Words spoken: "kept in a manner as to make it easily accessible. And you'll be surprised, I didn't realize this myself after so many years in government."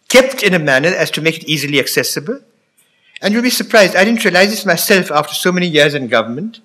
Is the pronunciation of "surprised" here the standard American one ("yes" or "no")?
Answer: yes